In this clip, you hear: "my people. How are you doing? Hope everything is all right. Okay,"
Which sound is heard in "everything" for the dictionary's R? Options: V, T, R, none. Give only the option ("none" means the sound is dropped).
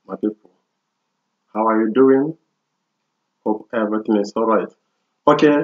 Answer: none